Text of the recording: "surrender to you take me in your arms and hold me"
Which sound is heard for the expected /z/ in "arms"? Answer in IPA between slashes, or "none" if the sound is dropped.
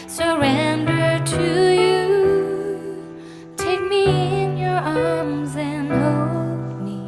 /z/